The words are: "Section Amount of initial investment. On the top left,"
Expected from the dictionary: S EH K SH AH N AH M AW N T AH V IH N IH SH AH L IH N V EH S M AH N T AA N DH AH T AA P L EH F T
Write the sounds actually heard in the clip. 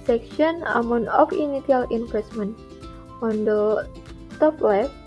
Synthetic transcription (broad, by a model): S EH K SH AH N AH M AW N AH F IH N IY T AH L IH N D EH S M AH N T AA N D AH T AA P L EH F